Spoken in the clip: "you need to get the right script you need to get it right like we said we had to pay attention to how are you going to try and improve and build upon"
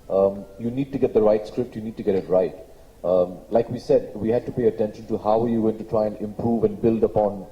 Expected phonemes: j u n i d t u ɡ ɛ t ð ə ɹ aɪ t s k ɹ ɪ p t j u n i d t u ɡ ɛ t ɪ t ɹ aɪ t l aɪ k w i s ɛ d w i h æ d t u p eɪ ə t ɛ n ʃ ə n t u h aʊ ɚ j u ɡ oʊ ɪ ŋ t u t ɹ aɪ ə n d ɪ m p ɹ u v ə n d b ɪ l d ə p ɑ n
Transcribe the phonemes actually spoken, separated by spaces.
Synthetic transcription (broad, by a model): j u n i d t u ɡ ɛ t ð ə ɹ aɪ t s k ɹ ɪ p t j u n i d t u ɡ ɛ t ɪ t ɹ aɪ t l aɪ k w i s ɛ d w i h æ d t u p eɪ ə t ɛ n ʃ ə n t u h aʊ ɚ j u ɡ oʊ ɪ ŋ t u t ɹ aɪ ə n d ɪ m p ɹ u v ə n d b ɪ l d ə p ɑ n